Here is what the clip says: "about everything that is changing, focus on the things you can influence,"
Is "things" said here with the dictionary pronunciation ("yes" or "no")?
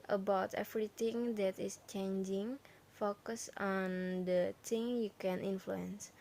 no